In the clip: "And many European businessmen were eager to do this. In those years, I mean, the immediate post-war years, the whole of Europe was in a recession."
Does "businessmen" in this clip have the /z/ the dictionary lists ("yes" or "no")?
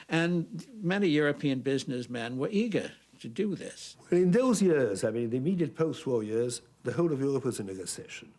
yes